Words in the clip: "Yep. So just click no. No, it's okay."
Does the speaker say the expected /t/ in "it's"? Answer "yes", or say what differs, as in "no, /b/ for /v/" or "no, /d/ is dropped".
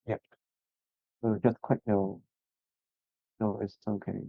no, /s/ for /t/